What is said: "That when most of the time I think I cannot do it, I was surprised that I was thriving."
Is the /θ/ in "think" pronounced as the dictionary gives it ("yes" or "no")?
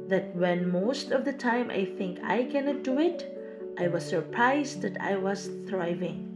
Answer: yes